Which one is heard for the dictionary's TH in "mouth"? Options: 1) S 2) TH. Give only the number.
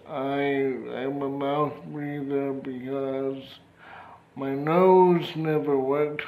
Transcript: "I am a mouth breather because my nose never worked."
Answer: 2